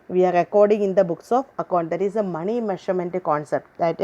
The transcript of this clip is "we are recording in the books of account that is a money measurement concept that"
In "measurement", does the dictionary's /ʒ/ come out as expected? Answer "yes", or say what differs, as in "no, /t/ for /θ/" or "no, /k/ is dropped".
no, /ʃ/ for /ʒ/